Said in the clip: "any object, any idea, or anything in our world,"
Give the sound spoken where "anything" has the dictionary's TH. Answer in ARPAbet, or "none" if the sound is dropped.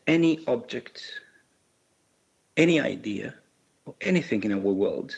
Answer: TH